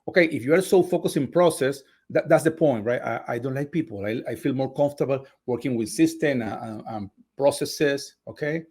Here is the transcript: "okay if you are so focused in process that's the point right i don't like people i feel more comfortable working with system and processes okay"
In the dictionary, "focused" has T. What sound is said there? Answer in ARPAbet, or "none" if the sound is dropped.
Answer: none